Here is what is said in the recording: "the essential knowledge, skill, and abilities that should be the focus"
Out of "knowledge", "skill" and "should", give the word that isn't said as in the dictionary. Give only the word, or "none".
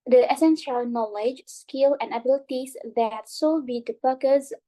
should